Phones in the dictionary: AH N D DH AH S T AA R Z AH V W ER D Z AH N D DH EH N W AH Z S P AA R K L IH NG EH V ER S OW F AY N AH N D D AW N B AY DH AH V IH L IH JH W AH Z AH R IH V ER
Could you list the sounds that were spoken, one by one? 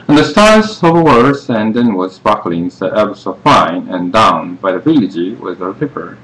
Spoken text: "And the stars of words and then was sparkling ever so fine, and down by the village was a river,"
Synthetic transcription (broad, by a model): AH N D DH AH S T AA R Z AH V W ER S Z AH N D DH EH N W AH Z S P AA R K L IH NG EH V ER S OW F AY N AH N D D AW N B AY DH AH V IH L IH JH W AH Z AH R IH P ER